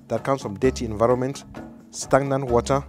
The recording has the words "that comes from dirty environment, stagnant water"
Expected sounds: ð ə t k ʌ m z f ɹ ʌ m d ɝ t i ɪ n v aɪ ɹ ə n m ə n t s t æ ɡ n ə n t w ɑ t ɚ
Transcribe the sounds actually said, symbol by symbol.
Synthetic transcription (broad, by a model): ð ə t k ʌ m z f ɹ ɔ m d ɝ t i ɪ n v aɪ ɹ ə n m ə n t s t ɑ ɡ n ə n w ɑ t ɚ